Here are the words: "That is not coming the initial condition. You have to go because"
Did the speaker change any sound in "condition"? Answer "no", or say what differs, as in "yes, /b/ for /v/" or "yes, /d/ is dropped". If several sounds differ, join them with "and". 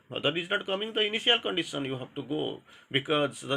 yes, /s/ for /ʃ/